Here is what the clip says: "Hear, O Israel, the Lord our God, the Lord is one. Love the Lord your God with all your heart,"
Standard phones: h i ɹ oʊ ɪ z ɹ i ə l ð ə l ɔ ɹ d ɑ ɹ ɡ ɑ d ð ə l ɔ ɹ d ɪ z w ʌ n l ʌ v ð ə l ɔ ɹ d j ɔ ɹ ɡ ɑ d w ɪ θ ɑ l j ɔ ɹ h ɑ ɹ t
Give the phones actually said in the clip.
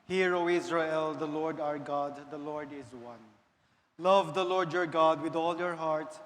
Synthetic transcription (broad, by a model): h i ɹ oʊ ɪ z ɹ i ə l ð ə l ɔ ɹ d ɑ ɹ ɡ ɑ d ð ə l ɔ ɹ d ɪ z w ʌ n l ʌ v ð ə l ɔ ɹ d j ɔ ɹ ɡ ɑ d w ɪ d ɑ l j ɔ ɹ h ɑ ɹ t